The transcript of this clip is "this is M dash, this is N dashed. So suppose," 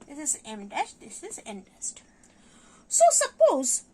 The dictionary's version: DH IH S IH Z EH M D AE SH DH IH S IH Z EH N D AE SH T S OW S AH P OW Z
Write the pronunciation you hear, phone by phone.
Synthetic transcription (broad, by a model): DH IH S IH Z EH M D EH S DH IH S IH Z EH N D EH S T S OW S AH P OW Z